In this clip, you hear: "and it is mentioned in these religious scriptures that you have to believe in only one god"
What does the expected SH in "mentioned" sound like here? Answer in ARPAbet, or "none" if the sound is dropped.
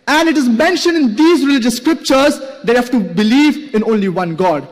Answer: SH